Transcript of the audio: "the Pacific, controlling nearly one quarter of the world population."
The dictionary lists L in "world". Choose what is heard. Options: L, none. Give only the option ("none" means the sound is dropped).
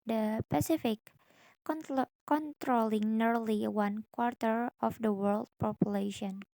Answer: L